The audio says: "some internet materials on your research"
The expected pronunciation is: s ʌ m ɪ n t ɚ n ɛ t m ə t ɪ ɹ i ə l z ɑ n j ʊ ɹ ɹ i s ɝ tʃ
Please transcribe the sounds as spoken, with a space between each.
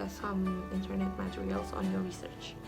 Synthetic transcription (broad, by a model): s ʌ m ɪ n t ɚ n ɛ t m ə t ɪ ɹ i ə l z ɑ n j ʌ ɹ ɹ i s ɝ tʃ